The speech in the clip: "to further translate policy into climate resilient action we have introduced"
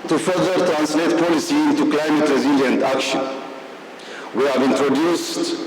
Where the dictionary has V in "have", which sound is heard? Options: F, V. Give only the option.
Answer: V